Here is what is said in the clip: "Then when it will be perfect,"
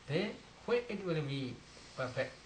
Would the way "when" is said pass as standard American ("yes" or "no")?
no